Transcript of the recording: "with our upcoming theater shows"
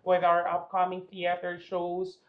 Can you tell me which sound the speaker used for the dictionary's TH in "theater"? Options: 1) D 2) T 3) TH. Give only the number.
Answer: 3